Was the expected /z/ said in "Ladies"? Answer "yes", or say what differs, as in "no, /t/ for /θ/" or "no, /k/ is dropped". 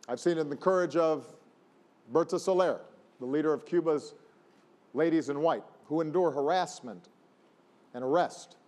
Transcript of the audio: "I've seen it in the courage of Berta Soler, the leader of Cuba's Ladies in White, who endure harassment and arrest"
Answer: yes